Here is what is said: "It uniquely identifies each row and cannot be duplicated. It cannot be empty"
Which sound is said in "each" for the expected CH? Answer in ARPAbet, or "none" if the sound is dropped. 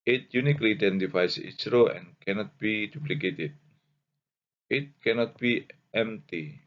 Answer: S